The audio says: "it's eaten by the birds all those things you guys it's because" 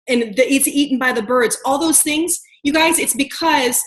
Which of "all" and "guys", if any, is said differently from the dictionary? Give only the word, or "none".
none